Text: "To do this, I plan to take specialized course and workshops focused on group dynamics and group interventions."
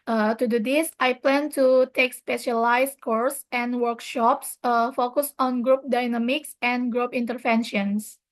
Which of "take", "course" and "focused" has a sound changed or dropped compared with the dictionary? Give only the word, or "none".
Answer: focused